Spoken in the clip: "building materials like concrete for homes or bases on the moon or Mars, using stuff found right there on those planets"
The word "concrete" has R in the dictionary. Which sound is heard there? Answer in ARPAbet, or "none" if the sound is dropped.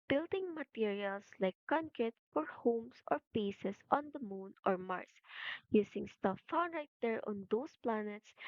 none